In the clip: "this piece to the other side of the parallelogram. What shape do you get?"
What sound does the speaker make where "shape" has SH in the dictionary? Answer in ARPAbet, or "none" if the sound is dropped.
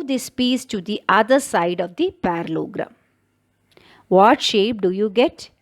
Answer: SH